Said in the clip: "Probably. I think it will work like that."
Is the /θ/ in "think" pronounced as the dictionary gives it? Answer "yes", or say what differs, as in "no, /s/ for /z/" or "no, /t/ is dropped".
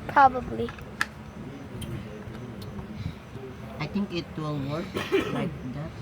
no, /t/ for /θ/